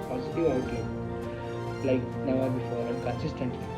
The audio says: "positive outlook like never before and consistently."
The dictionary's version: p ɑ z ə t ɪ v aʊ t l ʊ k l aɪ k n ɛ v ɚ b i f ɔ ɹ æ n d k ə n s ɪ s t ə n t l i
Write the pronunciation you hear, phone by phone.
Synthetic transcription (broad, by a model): p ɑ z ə t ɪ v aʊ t ɛ l aɪ k n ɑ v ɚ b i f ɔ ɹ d k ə n s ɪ s t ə n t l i